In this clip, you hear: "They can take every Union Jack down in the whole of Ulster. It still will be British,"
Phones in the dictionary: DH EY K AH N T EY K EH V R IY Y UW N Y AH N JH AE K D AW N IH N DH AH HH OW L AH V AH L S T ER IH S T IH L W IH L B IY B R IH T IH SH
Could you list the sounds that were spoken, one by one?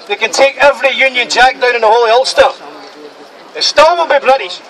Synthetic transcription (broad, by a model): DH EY K AH N T EY K EH V R IY Y UW N Y AH N JH AE K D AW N IH N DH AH HH OW L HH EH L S T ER IH S T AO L W IH L B IY B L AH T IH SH